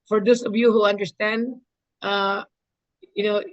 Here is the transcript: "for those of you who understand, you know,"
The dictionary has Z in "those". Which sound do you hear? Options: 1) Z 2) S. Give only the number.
2